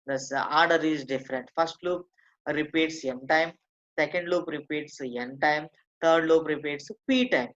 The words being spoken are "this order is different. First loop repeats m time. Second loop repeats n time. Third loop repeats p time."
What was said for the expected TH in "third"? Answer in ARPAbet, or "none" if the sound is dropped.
T